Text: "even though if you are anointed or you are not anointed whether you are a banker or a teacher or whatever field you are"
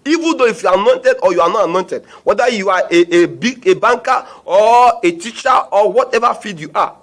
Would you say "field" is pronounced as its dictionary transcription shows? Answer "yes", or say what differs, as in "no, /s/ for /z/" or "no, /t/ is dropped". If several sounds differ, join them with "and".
no, /l/ is dropped